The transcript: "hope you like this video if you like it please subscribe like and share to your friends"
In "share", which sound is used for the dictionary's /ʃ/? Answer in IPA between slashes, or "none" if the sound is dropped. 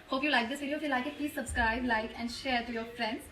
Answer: /ʃ/